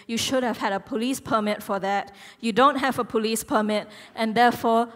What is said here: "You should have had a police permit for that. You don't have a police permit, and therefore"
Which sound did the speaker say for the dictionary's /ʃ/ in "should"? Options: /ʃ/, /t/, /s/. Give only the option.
/ʃ/